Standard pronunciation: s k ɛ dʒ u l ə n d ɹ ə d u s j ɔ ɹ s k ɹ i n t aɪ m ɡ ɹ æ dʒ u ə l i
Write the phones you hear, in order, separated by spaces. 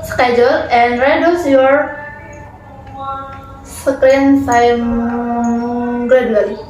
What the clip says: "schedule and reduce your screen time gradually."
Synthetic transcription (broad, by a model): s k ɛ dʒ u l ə n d ɹ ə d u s j ɔ ɹ s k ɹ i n s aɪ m ɡ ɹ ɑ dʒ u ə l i